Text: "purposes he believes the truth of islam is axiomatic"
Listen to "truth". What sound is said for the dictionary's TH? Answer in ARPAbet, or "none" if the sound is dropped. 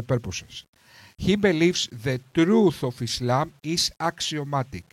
TH